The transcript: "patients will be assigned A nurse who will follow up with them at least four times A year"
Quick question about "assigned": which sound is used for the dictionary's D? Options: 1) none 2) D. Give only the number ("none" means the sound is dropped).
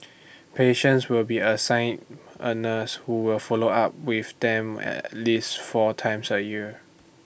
1